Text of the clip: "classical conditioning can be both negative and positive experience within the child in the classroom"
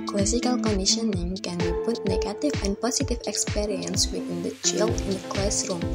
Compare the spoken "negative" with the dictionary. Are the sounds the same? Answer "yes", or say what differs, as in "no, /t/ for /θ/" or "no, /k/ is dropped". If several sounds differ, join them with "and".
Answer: no, /f/ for /v/